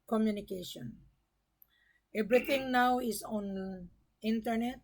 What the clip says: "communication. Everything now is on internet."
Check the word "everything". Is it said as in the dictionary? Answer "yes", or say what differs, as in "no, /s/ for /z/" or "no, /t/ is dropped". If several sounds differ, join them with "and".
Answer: no, /t/ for /θ/